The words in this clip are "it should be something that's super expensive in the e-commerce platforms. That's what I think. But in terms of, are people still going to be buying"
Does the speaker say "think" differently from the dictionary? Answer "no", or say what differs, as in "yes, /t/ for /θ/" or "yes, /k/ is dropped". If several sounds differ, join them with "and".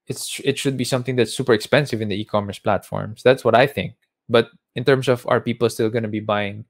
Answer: no